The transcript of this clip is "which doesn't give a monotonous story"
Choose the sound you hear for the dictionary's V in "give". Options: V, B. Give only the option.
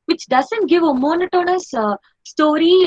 V